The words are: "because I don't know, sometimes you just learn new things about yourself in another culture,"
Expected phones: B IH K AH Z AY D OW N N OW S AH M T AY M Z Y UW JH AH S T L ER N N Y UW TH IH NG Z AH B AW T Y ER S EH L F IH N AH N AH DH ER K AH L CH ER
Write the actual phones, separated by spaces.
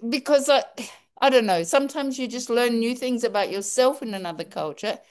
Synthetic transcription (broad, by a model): B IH K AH Z AY D OW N N OW S AH M T AY M Z Y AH JH AH S T L ER N N Y UW TH IH NG Z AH B AW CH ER S EH L F IH N AH N AH DH ER K AH L CH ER